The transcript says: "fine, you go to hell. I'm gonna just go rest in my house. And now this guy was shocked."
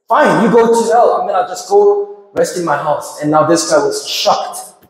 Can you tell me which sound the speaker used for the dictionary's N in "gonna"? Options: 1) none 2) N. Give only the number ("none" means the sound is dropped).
1